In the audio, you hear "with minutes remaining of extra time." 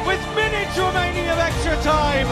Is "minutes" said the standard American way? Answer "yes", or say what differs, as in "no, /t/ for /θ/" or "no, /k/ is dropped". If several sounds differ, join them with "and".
no, /s/ is dropped